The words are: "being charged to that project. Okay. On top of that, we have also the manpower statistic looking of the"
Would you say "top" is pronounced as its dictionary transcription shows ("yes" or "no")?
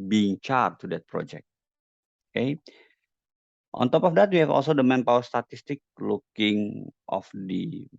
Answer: yes